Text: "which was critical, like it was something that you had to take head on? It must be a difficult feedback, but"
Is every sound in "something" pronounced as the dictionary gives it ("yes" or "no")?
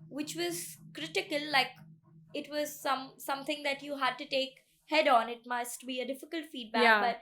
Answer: no